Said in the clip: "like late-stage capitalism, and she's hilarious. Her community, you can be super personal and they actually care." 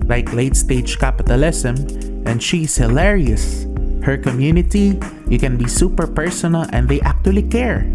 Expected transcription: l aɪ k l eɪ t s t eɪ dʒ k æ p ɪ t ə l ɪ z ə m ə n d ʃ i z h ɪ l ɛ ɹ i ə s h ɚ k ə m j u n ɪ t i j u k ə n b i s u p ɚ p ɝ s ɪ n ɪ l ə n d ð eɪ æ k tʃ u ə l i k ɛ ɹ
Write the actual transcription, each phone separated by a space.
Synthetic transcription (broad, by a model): l aɪ k l eɪ t s t eɪ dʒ k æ p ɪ t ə l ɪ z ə m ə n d ʃ i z h ɪ l ɛ ɹ i ə s h ɚ k ə m j u n ɪ t i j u k ə n b i s u p ɚ p ɝ s ɪ n ɪ l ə n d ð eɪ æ k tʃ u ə l i k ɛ ɹ